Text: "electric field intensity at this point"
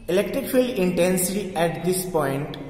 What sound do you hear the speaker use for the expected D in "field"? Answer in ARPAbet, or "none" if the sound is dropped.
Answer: none